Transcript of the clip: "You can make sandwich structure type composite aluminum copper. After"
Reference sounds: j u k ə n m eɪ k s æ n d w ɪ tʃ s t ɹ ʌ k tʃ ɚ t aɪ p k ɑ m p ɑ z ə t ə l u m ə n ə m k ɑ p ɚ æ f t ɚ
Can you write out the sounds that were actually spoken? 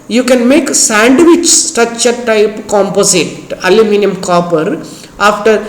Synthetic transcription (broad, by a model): j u k ə n m eɪ k s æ n d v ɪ tʃ s t ʌ tʃ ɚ t aɪ p k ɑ m p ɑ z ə t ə l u m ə n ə m k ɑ p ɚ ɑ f t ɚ